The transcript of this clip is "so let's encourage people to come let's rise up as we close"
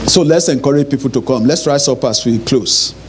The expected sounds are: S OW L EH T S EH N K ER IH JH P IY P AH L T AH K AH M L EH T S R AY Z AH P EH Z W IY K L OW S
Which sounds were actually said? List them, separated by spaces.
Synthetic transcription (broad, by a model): S OW L EH T S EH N K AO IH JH P IY P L T AH K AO M L EH T S R AY S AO P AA S W IY K L OW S